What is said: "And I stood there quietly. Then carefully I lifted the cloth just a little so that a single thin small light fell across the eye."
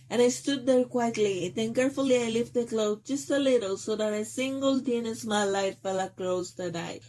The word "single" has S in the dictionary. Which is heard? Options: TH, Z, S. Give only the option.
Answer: S